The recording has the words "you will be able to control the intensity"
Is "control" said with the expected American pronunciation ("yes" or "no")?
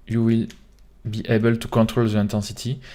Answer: yes